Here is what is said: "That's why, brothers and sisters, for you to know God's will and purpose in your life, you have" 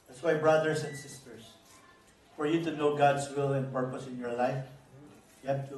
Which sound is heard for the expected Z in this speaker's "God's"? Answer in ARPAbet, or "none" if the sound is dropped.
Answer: S